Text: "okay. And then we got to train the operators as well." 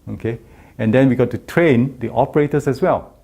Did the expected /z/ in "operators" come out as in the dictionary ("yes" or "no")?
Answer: no